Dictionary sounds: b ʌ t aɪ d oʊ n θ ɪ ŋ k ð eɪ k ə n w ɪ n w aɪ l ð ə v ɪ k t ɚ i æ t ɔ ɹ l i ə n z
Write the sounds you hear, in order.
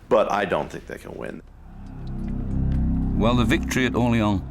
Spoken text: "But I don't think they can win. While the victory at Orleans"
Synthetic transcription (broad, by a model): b ʌ t aɪ d oʊ n θ ɪ ŋ k ð eɪ k ə n w ɪ n w aɪ l ð ə v ɪ k t ɚ i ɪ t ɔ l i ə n